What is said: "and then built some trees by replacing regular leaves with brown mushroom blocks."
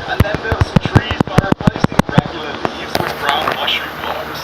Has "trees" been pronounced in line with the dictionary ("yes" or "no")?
yes